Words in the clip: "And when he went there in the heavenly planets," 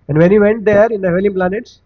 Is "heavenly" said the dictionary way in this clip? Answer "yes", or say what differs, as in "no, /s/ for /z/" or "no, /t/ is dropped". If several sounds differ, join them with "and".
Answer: no, /n/ is dropped